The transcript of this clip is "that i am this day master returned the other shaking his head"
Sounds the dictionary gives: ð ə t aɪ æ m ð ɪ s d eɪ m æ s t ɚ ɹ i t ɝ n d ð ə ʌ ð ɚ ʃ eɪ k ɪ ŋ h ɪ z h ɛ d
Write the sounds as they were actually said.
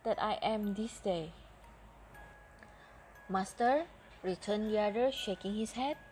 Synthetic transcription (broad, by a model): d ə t aɪ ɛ m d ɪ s d eɪ m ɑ s t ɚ ɹ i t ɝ n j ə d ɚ ʃ eɪ k ɪ ŋ h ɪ s h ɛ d